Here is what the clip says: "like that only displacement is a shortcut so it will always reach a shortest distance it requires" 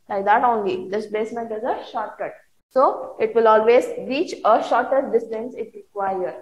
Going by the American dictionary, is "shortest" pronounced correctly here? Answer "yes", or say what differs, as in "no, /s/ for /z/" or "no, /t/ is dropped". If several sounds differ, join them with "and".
no, /s/ is dropped